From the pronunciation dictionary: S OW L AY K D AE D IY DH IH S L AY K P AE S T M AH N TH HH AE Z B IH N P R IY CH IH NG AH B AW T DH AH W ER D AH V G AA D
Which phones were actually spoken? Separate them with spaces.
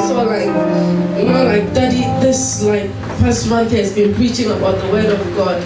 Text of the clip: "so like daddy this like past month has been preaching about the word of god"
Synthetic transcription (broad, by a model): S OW L AY K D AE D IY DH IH S L AY K F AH S T M AH N TH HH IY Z B IH N P R IY CH IH NG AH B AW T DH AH W ER D AH V G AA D